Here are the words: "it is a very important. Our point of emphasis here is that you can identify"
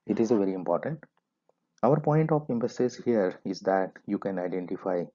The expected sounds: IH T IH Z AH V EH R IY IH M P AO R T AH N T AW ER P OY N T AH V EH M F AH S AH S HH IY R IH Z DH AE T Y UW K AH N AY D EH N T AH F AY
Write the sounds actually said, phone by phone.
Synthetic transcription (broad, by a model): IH T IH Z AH V EH R IY IH M P AO R T AH N T AW ER P OY N T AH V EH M P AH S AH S HH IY R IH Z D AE T Y UW K AH N AY D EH N T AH F AY